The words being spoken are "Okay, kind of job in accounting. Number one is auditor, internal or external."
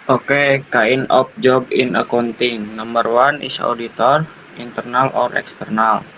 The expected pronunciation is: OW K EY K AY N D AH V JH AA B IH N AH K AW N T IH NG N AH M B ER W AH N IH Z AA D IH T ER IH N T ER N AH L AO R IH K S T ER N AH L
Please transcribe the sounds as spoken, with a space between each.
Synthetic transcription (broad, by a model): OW K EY K AY N AH P JH AA B IH N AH K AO N T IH NG N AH M B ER W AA N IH S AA D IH T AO IH N T ER N AH L AO R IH K S T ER N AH L